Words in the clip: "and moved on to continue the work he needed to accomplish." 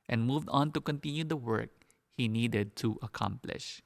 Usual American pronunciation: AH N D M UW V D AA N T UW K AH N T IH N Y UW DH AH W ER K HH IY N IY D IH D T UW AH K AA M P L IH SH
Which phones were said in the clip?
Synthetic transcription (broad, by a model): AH N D M UW V D AA N T UW K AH N T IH N Y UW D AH W ER K HH IY N IY D IH D T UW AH K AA M P L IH SH